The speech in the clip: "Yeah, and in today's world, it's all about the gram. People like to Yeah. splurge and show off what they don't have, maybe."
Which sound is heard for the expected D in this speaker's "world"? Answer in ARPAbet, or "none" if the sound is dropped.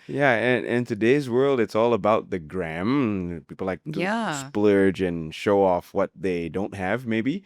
D